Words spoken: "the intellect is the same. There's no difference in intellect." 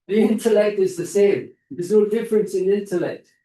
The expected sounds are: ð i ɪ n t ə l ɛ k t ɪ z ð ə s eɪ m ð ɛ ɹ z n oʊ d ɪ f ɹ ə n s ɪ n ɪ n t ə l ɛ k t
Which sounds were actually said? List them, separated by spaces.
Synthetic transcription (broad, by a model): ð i ɪ n t ə l ɛ k t ɪ z ð ə s eɪ m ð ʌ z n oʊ d ɪ f ɹ ə n s ɪ n ɪ n t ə l ɛ k t